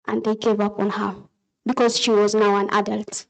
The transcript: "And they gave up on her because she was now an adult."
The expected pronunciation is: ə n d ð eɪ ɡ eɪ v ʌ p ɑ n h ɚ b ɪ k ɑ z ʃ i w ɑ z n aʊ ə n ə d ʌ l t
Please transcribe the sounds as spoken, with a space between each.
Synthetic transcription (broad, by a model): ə n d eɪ ɡ eɪ v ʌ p ɑ n h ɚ b ɪ k ɑ z ʃ i w ɑ z n aʊ ə n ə d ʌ l t